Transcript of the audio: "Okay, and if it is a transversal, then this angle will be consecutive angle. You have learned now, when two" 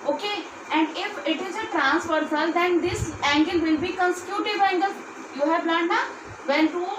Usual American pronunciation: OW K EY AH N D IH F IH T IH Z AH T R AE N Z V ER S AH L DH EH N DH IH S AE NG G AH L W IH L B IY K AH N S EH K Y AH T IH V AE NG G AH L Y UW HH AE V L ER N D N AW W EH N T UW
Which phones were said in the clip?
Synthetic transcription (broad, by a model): OW K EY AH N D IH F IH T IH Z AH T R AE N S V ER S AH L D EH N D IH S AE NG G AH L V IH L B IY K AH N S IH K Y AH T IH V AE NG G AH L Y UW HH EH P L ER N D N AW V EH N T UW